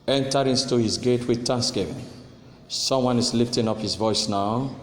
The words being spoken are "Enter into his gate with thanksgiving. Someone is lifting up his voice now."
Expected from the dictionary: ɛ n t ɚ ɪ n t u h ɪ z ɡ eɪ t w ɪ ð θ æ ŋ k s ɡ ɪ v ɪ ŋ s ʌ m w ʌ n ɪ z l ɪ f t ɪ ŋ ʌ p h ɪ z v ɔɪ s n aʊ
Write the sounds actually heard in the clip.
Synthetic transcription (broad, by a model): ɛ n t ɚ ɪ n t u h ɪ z ɡ eɪ t w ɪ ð t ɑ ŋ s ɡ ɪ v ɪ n s ʌ m w ʌ n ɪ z l ɪ f t ɪ ŋ ʌ p h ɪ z v ɔɪ s n aʊ